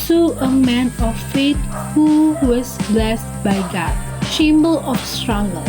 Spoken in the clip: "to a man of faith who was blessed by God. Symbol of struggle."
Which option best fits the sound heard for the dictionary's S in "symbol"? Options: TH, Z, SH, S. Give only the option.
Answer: SH